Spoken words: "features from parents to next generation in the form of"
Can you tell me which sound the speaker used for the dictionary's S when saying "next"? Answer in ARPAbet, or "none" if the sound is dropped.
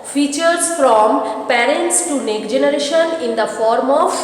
none